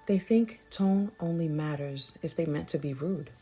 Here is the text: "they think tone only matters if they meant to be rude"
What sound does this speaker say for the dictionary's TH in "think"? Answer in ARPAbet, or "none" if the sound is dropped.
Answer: TH